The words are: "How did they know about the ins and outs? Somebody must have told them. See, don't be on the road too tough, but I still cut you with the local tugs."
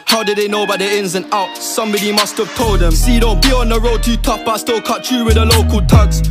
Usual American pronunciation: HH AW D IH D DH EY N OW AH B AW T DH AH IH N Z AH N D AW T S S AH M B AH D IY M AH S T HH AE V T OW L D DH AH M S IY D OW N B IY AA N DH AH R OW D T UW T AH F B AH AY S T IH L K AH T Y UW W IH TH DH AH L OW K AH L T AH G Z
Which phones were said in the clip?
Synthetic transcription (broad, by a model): HH AW D IH D DH EY N OW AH B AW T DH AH IH N Z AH N AW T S S AH M B AH D IY M AH S T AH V T OW L D DH AH M S IY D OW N B IY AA N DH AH R OW D T UW T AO P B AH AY S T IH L K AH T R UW W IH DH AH L OW K AH L T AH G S